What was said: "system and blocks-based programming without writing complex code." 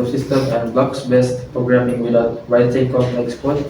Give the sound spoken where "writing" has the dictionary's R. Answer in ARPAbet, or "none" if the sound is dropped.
W